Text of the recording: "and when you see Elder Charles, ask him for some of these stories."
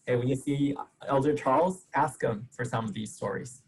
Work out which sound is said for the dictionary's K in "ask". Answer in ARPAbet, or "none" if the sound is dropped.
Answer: K